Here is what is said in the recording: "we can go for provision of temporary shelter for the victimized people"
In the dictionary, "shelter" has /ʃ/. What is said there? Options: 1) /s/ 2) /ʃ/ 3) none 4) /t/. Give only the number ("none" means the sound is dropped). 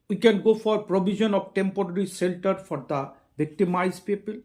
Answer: 1